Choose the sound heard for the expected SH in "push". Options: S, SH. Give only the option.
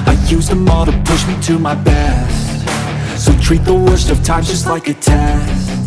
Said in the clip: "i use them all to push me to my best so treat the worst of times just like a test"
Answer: SH